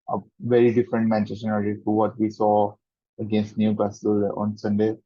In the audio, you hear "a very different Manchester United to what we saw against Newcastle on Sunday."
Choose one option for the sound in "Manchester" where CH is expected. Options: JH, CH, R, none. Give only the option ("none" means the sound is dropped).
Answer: none